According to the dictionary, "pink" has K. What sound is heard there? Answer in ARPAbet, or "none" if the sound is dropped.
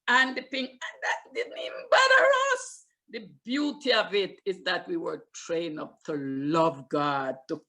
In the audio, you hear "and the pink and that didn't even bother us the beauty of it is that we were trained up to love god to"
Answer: none